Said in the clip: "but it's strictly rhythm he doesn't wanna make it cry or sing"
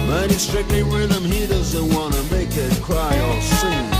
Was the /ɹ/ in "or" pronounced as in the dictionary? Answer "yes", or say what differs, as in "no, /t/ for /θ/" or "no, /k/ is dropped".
no, /l/ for /ɹ/